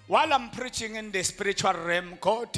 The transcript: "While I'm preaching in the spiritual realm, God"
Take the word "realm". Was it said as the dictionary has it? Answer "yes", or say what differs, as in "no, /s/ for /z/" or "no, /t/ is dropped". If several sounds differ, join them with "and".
no, /l/ is dropped